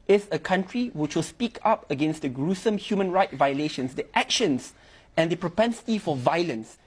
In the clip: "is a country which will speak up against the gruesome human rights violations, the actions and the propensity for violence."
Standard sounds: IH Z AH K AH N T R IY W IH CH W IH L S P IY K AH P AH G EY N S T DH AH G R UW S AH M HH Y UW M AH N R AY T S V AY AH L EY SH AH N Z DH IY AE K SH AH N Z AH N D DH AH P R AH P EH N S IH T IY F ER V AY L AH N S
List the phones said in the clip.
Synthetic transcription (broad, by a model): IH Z AH K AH N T R IY W IH CH W IH L S P IY K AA P AH G EY N S T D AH G R UW S AH M HH Y UW M AH N R AY T V AY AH L EY SH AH N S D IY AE K SH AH N S AH N D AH P R AH P EH N S IH T IY F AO V AY L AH N S